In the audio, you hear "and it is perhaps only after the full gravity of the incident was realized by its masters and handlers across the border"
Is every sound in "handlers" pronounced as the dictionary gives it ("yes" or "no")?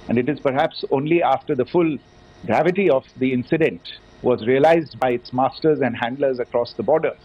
yes